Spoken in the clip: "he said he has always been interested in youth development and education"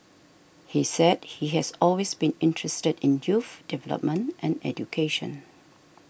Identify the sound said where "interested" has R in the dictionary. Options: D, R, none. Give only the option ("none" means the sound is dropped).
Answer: R